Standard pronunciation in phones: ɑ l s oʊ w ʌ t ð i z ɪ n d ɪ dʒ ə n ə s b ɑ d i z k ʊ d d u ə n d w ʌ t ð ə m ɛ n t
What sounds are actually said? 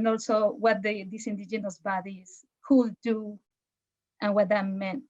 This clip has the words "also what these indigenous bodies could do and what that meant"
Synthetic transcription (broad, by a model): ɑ l s oʊ w ʌ t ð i s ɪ n d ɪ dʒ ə n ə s b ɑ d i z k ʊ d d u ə n w ʌ t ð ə m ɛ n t